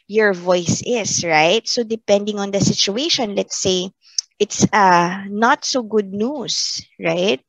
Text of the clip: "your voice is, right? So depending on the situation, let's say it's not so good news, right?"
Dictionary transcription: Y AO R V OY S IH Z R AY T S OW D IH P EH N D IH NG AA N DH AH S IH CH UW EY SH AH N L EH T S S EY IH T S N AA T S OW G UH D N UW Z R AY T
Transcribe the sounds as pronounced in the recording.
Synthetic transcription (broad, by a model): Y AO R V OY S IH S R AY T S OW D IH P EH N D IH NG AA N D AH S IH CH UW EY SH AH N L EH T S S EY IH T S N AA T S OW G UH D N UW S R AY T